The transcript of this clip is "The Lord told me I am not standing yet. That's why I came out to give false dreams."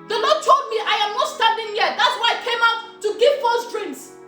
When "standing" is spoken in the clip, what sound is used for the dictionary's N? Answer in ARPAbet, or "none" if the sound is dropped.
none